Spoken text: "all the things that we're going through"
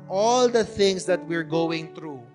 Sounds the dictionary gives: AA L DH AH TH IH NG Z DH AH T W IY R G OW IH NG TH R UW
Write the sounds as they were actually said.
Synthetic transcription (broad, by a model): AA L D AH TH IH NG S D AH T W IY R G OW IH NG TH R UW